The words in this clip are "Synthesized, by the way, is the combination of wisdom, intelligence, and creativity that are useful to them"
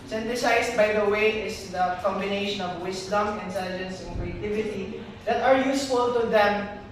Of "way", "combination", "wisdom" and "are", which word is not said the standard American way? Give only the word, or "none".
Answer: wisdom